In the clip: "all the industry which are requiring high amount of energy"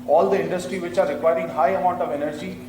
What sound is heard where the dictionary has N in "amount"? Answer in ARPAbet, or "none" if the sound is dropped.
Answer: N